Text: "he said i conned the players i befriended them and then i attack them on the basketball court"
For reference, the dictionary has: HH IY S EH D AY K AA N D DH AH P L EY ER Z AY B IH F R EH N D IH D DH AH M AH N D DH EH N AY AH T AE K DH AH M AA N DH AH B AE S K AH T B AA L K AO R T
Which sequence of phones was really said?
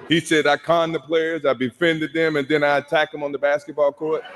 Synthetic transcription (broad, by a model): HH IY S EH D AY K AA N DH AH P L EY ER Z AY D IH F EH N D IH D DH AH M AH N DH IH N AY AH T AE K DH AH M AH N DH AH B AE S K AH T B AA L K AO R T